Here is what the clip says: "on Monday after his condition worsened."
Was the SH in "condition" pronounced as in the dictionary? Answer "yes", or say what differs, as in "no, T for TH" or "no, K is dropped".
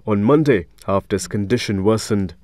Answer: yes